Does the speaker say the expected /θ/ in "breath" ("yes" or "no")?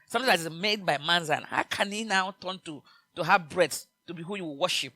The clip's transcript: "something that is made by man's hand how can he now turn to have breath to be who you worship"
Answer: no